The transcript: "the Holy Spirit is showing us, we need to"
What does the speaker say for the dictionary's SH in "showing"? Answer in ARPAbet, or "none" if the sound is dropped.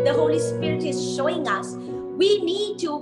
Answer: SH